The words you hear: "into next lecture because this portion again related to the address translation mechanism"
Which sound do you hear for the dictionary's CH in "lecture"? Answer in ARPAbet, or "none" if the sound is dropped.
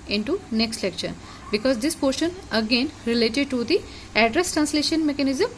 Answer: SH